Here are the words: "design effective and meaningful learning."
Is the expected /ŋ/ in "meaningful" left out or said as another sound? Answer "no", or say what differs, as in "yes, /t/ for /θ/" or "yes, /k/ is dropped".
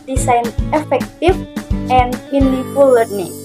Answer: yes, /ŋ/ is dropped